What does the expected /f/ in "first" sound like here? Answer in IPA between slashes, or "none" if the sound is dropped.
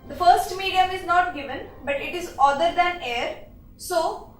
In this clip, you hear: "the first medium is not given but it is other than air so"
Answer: /f/